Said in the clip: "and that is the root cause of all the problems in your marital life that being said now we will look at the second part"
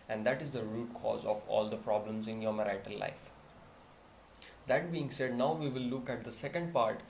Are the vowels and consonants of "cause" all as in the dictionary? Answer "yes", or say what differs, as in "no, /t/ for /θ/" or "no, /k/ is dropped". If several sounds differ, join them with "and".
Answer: yes